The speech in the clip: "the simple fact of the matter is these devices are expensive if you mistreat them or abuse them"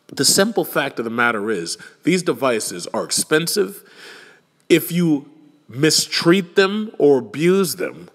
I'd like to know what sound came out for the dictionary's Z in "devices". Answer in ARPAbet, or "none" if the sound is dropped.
Z